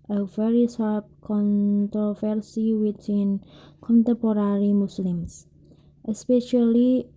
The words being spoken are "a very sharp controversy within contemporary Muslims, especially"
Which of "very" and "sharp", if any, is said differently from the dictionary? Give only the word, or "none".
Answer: sharp